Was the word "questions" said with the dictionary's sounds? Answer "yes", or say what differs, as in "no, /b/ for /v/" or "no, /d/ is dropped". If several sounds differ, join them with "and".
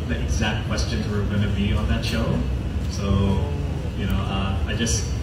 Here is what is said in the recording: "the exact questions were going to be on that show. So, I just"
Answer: yes